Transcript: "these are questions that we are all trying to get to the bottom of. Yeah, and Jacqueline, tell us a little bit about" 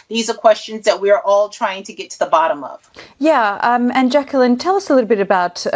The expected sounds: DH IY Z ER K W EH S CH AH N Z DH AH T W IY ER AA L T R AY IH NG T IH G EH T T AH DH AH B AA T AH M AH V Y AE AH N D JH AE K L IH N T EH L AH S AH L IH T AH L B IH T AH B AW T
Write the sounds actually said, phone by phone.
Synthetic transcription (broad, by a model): DH IY Z ER K W EH S CH AH N Z DH AH T W IY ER AA L T R AY IH NG T IH G EH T T AH DH AH B AA T AH M AH V Y AE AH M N JH AE K L IH N T EH L AH S AH L IH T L B IH T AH B AW T